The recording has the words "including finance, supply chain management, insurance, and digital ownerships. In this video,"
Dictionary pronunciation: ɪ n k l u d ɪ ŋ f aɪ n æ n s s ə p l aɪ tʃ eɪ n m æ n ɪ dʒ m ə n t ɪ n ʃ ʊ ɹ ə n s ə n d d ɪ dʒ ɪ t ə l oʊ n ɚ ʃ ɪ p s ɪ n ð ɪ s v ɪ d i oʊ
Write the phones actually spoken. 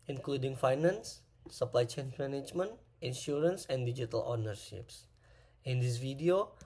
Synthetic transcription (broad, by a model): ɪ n k l u d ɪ ŋ f aɪ n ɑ n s s ə p l aɪ tʃ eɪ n m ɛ n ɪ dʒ m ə n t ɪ n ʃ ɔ ɹ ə n s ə n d d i dʒ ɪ t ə l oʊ n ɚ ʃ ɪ p s ɪ n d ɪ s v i d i oʊ